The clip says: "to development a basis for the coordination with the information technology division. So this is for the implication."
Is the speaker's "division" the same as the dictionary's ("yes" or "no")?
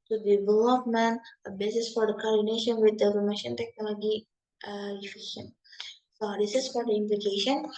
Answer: no